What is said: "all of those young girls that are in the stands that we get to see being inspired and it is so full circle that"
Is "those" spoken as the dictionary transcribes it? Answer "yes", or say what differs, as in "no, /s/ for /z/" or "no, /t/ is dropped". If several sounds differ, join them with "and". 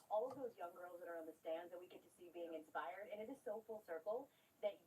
yes